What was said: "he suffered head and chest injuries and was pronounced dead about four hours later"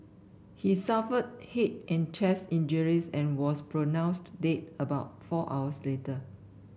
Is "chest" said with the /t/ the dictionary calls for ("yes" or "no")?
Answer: no